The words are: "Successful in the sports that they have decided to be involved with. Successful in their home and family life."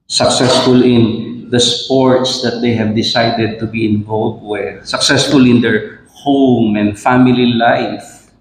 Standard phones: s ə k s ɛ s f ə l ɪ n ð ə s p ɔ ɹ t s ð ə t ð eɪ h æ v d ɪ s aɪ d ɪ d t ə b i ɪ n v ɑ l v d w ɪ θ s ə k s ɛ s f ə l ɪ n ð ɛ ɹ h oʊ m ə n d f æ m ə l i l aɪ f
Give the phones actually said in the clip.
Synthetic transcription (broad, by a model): s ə k s ɛ s f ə l ɪ n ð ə s p ɔ ɹ t s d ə t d eɪ h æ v d ɪ s aɪ d ɪ d t ə b i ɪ n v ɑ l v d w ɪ s ə k s ɛ s f ə l ɪ n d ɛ ɹ h oʊ m ə n d f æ m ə l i l aɪ f